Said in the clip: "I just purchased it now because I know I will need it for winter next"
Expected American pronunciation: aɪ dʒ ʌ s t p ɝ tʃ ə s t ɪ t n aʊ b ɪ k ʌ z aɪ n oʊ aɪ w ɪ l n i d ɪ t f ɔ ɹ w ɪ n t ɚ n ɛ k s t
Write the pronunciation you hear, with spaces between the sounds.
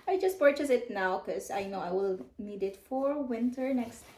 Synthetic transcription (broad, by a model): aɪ dʒ ʌ s t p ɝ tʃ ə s ɪ t n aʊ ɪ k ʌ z aɪ n oʊ aɪ w ɪ l n i d ɪ t f ɔ ɹ w ɪ n t ɚ n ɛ k s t